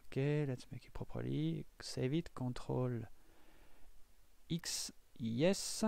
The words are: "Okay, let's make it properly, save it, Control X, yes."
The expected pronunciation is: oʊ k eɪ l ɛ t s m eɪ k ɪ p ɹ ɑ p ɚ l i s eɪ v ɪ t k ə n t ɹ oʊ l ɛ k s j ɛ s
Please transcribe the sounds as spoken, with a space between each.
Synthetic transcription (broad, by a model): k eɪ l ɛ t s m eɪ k ɪ p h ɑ p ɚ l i s eɪ v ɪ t k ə t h oʊ l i k s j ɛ s